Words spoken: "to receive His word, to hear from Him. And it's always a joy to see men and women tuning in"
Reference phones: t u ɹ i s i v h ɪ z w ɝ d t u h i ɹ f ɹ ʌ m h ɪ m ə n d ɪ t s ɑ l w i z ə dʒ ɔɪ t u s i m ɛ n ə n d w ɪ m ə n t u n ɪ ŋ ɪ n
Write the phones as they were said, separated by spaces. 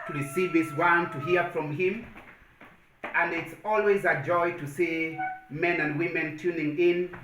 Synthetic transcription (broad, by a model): t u ɹ i s i v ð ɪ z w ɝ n t u h i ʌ f ɹ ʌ m h ɪ m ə n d ɪ t s ɑ l w i z ə dʒ ɔɪ t u s i m ɛ n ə n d w ɪ m ə n t u n ɪ ŋ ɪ n